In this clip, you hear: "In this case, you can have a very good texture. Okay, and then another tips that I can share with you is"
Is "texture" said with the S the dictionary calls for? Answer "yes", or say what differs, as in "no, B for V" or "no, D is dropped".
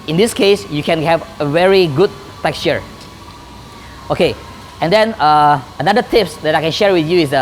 yes